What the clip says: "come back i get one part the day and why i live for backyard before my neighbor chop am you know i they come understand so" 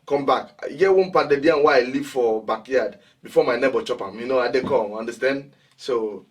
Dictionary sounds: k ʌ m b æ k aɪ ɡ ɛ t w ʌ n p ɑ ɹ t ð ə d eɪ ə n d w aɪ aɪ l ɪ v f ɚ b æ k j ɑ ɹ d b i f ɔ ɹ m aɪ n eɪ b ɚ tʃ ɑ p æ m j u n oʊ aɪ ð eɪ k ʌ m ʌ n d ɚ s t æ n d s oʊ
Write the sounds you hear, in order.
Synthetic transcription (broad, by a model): k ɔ m b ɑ k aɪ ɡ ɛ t w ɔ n p ɑ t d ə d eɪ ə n w aɪ aɪ l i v f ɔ b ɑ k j ɑ d b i f ɔ m aɪ n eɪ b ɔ tʃ ɑ p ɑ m j u n oʊ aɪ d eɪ k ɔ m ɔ n d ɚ s t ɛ n d s oʊ